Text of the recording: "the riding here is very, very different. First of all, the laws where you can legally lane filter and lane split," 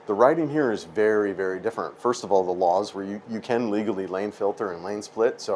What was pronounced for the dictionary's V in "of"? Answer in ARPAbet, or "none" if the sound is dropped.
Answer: V